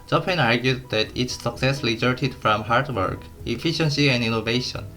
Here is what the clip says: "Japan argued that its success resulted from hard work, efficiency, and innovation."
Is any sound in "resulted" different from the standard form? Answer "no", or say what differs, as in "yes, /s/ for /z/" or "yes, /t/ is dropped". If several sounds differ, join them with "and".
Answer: yes, /l/ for /ɹ/